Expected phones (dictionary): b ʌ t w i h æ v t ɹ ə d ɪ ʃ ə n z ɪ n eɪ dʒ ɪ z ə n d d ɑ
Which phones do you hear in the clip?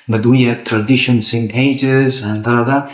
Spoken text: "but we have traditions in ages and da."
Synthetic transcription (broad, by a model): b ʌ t w i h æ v t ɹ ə d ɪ ʃ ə n s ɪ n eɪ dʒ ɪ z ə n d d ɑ